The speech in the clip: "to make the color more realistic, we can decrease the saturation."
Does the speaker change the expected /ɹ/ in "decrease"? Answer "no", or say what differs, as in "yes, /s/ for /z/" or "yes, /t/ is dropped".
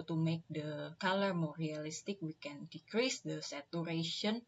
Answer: no